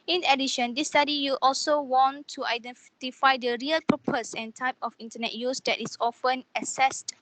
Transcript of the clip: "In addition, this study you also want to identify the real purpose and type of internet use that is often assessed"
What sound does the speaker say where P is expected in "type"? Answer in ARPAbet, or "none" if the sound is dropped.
P